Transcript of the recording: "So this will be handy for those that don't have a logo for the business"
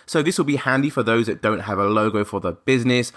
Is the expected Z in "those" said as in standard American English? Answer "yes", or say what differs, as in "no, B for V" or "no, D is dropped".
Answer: yes